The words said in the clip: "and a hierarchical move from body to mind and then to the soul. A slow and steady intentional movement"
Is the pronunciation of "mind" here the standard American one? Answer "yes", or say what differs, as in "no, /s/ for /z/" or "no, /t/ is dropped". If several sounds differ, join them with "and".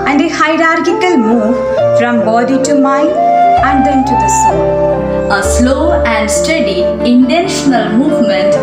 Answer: no, /d/ is dropped